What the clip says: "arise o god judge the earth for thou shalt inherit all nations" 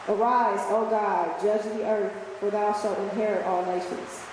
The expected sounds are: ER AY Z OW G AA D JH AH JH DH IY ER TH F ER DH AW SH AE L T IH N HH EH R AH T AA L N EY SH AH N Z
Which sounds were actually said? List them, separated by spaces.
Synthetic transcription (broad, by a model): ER AY Z OW G AA D JH AH JH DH IY ER TH F ER DH AW SH AE L T IH N HH EH R AH T AA L N EY SH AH N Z